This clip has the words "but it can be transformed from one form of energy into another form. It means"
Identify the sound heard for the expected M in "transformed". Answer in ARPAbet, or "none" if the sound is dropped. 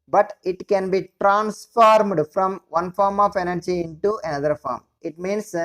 M